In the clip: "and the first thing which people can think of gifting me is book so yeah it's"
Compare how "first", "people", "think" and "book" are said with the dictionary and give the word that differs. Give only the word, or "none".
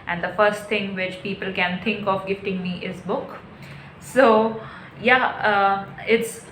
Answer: think